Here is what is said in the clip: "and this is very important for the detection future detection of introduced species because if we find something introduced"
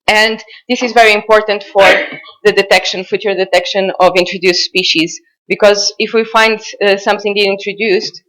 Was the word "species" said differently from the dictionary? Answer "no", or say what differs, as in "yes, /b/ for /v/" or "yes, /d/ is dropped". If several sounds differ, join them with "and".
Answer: no